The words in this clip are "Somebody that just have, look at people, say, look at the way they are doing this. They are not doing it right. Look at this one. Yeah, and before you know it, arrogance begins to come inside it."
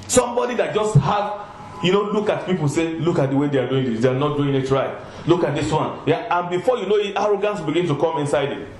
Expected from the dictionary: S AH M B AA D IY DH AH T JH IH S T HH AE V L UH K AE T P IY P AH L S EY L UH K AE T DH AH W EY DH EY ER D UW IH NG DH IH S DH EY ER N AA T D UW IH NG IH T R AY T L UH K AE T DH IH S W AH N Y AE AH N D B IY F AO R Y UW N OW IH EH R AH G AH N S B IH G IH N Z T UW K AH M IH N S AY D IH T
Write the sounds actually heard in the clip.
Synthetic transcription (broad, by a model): S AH M B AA D IY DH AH T JH IH S T HH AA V L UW K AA T P IY P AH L S EY L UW K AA T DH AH W EY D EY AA D UW IH NG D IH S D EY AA N AA T D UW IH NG IH T R AY L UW K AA T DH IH S W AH N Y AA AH N B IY F AO Y UW N OW IH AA R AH G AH N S B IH G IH N T UW K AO M IH N S AY D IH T